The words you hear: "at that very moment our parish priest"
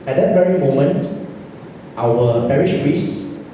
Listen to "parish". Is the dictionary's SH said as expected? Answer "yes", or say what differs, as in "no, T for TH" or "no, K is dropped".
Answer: yes